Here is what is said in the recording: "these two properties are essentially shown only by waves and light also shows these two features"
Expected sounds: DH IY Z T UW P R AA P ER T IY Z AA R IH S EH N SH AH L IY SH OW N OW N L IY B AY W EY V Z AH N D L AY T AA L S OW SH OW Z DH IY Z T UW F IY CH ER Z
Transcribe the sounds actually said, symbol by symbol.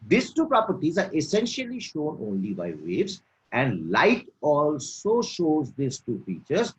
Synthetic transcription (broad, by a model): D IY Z T UW P R AA P ER T IY Z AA R IH S EH N SH AH L IY SH OW N OW N L IY B AY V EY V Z AH N D L AY T AA L S OW SH OW Z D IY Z T UW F IY CH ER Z